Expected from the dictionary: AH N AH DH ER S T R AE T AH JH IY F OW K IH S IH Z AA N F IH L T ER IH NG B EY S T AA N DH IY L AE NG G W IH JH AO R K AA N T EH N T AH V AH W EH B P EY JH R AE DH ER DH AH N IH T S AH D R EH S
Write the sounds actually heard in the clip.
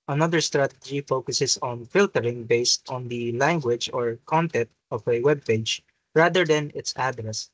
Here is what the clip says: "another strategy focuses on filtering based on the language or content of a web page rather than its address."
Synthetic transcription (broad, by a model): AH N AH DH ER S T R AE T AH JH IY F OW K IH S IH S AA N F IH L T ER IH NG B EY S T AA N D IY L AE NG G W IH JH AO R K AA N T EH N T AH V AH W EH B P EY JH R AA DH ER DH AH N IH T S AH D R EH S